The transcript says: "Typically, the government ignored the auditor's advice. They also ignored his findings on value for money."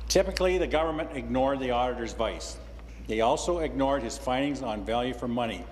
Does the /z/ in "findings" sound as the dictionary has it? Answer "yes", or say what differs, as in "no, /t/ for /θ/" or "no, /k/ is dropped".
yes